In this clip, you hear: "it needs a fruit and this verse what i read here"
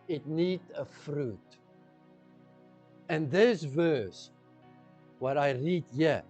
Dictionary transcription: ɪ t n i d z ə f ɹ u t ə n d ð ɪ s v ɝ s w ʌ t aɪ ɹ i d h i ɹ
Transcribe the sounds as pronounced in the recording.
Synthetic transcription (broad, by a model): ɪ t n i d ə f ɹ u t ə n ð ɪ s v ɝ s w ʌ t aɪ ɹ i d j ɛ